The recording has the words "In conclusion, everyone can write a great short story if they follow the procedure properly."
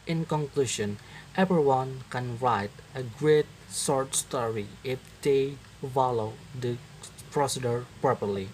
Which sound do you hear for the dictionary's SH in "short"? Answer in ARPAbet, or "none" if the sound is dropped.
S